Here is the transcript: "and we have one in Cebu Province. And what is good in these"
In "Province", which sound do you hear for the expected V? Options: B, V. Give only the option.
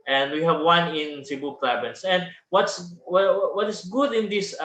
B